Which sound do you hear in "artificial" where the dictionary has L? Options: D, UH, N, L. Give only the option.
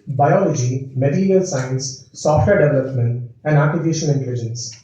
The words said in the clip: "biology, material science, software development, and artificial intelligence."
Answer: N